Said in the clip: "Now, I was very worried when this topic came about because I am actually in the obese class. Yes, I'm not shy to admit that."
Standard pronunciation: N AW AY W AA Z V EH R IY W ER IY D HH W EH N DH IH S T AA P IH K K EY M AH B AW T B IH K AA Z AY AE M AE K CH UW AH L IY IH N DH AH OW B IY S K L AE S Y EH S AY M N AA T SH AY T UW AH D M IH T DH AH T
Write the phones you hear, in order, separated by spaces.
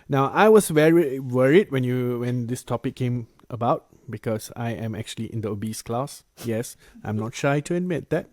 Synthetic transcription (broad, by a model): N AW AY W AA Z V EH R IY W ER IY D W W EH N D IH S T AA P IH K K EY M AH B AW T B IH K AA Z AY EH M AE K CH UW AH L IY IH N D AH OW B IY S K L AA S Y EH S AY M N AA T SH AY T UW AH D M IH T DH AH T